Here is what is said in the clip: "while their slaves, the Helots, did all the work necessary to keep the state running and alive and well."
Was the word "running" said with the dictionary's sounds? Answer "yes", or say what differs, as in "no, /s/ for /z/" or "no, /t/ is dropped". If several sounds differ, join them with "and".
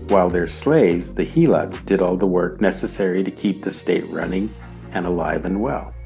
yes